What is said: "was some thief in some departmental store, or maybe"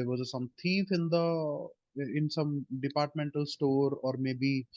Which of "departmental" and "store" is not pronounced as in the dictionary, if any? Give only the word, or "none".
none